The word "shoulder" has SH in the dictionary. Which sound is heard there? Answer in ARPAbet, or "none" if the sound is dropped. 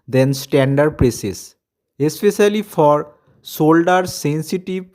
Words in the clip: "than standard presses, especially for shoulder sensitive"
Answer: S